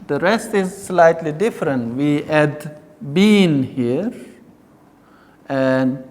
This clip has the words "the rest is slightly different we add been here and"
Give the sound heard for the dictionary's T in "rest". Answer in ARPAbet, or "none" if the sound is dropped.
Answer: T